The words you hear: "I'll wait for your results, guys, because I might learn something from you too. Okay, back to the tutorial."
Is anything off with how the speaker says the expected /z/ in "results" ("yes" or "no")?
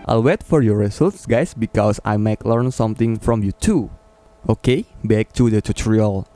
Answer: yes